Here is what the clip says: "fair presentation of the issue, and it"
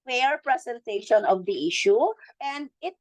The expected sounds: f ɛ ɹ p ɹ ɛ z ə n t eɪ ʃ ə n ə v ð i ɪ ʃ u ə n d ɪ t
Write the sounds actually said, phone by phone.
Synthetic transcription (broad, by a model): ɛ ɹ p ɹ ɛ s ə n t eɪ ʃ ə n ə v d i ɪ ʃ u ə n d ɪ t